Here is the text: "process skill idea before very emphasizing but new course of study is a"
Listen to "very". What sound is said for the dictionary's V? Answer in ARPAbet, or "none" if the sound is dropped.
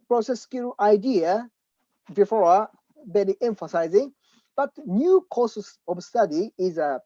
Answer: B